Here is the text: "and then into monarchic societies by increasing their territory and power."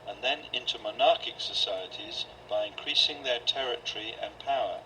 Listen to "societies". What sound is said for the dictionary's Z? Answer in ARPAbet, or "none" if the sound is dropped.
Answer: Z